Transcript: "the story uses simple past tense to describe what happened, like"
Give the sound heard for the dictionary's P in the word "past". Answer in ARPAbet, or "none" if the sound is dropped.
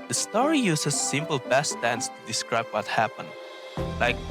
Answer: B